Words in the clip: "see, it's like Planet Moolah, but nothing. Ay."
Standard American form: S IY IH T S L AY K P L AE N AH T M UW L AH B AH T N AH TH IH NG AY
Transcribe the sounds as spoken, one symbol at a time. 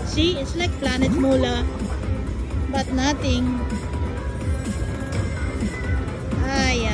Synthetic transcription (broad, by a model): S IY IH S L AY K P L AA N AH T M UW L AH B AH T N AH T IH NG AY